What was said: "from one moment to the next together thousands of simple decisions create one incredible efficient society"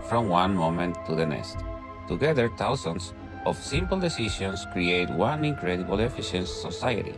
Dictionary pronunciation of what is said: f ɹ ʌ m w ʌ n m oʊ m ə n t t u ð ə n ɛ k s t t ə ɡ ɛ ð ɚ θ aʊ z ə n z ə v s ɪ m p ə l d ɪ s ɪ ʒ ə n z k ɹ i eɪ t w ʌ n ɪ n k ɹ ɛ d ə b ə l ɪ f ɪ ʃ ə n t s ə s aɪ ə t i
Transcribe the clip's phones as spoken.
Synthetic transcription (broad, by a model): f ɹ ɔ m w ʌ n m oʊ m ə n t t u ð ə n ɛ s t t ə ɡ ɛ ð ɚ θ aʊ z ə n s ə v s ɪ m p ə l d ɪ s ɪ ʃ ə n s k ɹ i eɪ t w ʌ n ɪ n k ɹ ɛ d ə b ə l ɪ f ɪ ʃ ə n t s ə s aɪ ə t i